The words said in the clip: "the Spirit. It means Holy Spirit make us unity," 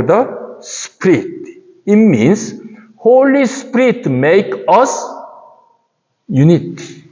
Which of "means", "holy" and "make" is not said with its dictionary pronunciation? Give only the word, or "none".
means